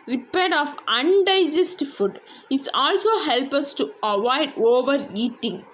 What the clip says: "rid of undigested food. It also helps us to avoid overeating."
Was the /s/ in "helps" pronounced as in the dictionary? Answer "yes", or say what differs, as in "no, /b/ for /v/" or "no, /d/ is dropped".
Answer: no, /s/ is dropped